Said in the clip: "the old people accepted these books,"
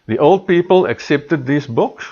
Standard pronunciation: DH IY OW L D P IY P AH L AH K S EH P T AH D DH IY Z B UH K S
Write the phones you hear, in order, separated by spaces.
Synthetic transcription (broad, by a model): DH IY OW L D P IY P AH L AH K S EH P T AH D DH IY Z B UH K S